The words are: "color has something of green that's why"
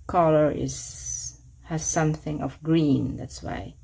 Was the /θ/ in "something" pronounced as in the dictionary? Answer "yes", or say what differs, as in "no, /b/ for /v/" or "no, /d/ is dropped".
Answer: yes